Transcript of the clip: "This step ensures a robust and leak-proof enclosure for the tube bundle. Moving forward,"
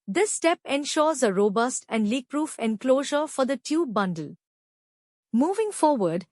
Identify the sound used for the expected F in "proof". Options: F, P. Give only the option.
F